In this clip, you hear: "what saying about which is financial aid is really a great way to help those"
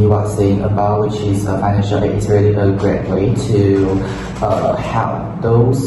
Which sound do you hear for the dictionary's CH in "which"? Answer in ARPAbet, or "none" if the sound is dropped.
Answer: CH